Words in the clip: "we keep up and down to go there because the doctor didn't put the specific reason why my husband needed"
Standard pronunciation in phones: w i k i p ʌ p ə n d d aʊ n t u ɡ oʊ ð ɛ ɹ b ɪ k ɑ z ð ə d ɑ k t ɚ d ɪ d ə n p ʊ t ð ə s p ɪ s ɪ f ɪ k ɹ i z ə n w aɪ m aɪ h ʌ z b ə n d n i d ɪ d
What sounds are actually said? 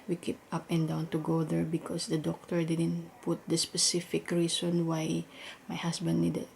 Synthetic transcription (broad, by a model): w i k i p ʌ p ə n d d aʊ n t u ɡ oʊ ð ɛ ɹ b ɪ k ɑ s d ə d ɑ k t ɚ d ɪ d ə n p ʊ t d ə s p ɪ s ɪ f ɪ k ɹ i s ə n w aɪ m aɪ h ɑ s b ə n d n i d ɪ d